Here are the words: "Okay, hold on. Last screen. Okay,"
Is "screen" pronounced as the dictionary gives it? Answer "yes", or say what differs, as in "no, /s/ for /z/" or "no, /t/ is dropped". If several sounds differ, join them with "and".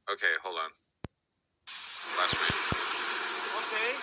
no, /k/ is dropped